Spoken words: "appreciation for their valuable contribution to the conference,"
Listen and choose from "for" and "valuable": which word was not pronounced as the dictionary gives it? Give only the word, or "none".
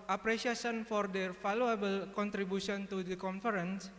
valuable